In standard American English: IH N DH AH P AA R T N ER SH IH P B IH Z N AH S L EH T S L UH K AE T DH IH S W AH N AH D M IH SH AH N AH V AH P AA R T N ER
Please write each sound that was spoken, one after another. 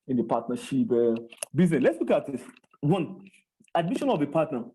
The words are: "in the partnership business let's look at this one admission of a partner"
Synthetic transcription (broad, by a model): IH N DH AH P AA T N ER SH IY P B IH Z N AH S L EH T S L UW K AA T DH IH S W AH N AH D M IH SH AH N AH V AH P AA T N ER